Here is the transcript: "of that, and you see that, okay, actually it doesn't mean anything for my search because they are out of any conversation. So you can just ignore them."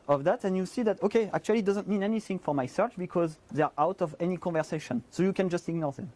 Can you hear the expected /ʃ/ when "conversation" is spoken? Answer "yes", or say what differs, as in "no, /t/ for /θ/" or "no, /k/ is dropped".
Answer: yes